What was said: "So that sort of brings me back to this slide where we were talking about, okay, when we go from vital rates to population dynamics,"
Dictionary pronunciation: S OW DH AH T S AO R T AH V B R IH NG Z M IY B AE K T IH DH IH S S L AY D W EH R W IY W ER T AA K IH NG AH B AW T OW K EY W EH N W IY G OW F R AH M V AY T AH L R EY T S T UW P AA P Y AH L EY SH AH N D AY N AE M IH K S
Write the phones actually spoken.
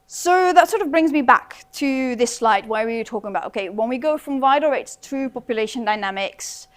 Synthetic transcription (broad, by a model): S OW DH AH T S AO R T AH V B R IH NG Z M IY B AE K T IH DH IH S S L AY D W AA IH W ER T AA K IH NG AH B AW T OW K EY W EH N W IY G OW F R AH M V AY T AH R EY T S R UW P AA P Y AH L EY SH AH N D AY N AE M IH K S